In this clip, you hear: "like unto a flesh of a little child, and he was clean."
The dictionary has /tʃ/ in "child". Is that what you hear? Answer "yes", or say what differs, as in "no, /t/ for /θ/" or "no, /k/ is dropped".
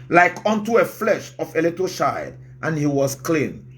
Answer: no, /ʃ/ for /tʃ/